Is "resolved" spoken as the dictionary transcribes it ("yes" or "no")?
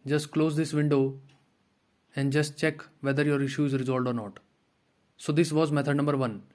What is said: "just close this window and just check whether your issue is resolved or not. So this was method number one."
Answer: no